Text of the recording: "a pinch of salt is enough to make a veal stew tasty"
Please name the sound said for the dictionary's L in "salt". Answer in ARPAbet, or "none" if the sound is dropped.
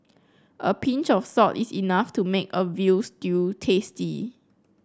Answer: none